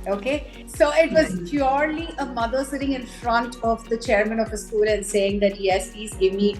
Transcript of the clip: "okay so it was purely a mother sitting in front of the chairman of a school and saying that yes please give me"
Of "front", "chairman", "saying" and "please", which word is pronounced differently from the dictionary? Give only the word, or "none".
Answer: please